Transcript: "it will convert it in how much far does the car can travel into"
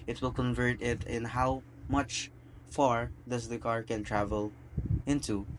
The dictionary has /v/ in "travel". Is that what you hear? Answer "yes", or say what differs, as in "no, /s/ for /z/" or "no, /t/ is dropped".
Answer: yes